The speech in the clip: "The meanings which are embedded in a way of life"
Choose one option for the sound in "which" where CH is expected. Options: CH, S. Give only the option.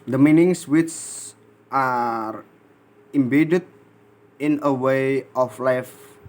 S